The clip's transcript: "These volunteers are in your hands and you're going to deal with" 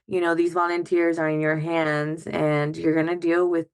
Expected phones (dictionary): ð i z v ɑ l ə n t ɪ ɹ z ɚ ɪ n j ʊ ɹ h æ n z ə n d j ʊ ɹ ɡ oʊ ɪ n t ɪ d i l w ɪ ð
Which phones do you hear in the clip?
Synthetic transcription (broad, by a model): ð i z v ɑ l ə n t ɪ ɹ z ɚ ɪ n j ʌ ɹ h æ n z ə n j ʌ ɹ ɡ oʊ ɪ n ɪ d i l w ɪ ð